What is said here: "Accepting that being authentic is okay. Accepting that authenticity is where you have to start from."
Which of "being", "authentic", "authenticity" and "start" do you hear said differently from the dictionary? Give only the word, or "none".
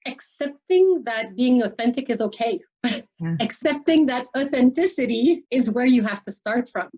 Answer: none